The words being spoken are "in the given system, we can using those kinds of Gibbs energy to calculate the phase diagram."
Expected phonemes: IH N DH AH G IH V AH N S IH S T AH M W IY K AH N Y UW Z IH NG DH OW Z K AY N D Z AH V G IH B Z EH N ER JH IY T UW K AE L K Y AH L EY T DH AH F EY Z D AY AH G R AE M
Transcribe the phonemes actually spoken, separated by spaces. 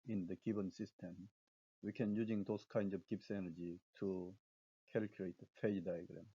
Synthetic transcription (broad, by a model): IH N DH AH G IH B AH N S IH S T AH M W IY K AH N Y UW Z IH NG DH OW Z K AY N D Z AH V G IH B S EH N ER JH IY T UW K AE L K Y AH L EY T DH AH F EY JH D AY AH G R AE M